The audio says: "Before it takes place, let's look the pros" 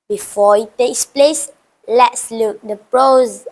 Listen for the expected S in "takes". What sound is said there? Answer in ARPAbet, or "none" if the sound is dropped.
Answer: S